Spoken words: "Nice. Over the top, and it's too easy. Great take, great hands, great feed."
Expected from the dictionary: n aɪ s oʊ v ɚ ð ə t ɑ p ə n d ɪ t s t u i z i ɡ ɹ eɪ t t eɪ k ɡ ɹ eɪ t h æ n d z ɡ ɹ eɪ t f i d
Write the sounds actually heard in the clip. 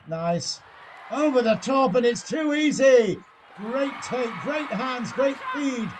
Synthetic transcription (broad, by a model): n aɪ s oʊ v ɚ ð ə t ɑ p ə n ɪ t s t u i z i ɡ ɹ eɪ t t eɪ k ɡ ɹ eɪ t h æ n d z ɡ ɹ eɪ t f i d